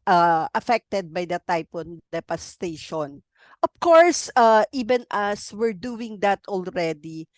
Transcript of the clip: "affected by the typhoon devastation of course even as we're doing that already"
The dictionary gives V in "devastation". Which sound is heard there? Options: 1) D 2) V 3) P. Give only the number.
3